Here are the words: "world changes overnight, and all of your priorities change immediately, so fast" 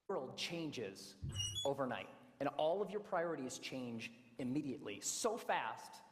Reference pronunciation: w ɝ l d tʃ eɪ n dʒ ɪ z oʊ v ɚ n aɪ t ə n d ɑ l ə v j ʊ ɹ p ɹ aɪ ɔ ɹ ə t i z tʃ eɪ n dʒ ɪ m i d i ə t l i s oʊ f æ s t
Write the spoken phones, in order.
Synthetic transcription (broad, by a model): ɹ l d tʃ eɪ n dʒ ɪ z oʊ v ɚ n aɪ t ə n ɑ l ə v j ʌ ɹ p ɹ aɪ ɔ ɹ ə t i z tʃ eɪ n dʒ ɪ m i d i ə t l i s oʊ f æ s t